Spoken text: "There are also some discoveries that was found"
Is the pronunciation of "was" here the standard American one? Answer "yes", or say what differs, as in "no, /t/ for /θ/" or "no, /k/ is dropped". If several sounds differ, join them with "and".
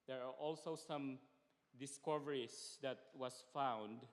no, /s/ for /z/